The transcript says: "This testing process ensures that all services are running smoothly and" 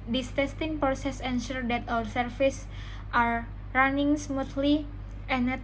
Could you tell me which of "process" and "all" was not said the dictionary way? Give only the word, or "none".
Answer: all